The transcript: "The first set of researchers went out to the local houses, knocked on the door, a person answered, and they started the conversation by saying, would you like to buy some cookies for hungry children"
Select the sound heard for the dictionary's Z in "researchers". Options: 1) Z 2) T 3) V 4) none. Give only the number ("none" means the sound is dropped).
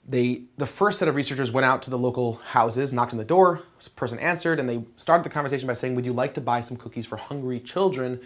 1